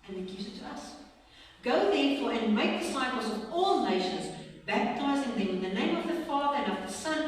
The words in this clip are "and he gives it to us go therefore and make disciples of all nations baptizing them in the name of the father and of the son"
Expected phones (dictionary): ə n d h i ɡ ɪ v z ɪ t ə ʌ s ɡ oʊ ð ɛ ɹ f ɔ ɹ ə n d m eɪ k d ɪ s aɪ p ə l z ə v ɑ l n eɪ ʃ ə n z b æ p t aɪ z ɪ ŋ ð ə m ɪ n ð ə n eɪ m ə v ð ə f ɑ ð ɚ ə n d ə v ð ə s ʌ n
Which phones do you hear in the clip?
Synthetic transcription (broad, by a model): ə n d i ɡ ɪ z ɪ t ə ʌ s ɡ oʊ ð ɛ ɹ f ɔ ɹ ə n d m eɪ k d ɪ s aɪ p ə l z ə v ɑ l n eɪ ʃ ə n z b æ p t aɪ z ɪ ŋ ð ə m ɪ n ð ə n eɪ m ə v ð ə f ɑ ð ɚ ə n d ə v ð ə s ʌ n